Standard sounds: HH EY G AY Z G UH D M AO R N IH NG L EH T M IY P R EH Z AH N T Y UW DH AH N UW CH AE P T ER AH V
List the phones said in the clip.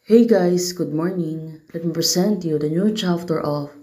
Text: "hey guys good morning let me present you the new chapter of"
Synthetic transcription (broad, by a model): HH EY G AY S G UH D M AO R N IH NG L EH T M IY P R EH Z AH N T Y UW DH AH N UW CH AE F T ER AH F